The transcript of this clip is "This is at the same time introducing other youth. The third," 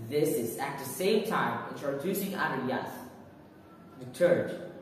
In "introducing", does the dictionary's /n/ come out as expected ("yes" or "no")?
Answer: no